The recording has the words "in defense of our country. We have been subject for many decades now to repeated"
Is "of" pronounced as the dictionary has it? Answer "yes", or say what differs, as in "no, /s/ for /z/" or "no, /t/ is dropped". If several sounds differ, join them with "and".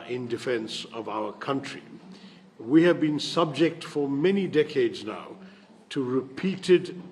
yes